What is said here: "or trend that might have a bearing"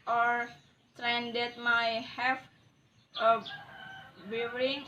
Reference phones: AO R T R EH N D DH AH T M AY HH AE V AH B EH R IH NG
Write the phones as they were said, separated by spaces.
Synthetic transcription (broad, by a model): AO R T R EH N D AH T M AY HH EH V AH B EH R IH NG